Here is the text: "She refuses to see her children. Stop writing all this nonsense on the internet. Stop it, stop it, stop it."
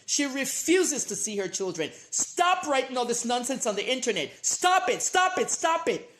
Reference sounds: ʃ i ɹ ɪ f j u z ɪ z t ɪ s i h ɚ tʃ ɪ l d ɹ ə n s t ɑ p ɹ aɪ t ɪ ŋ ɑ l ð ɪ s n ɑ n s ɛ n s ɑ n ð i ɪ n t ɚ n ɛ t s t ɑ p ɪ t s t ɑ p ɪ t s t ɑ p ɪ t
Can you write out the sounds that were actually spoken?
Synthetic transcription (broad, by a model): ʃ i ɹ ɪ f j u z ɪ z t ɪ s i h ɚ tʃ ɪ l d ɹ ə n s t ɑ p ɹ aɪ t ɪ ŋ ɑ l ð ɪ s n ɑ n s ɛ n s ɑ n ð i ɪ n t ɚ n ɛ t s t ɑ p ɪ t s t ɑ p ɪ t s t ɑ p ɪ t